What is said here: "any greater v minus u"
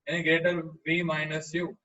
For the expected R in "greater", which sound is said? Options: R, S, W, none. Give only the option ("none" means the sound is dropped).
none